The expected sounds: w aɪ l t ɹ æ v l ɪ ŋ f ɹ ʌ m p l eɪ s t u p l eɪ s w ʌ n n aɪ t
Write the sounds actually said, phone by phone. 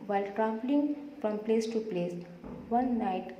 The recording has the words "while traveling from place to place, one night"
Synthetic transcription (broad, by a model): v aɪ l t ɹ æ p l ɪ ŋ f ɹ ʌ m p l eɪ s t u p l eɪ s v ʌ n n aɪ t